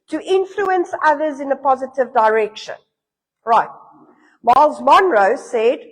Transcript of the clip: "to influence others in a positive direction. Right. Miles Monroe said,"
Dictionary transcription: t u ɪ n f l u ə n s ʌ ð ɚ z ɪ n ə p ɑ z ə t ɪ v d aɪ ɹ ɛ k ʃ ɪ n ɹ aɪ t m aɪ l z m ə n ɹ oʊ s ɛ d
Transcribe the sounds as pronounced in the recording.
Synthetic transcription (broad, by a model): t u ɪ n f l u ə n s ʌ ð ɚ z ɪ n ə p ɑ z ə t ɪ v d aɪ ɹ ɛ k ʃ ɪ n ɹ aɪ t m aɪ l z m ə n ɹ oʊ s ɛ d